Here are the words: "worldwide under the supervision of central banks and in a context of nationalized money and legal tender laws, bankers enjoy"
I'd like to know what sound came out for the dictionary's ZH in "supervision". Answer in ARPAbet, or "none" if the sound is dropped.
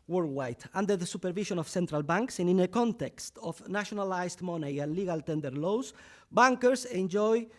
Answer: SH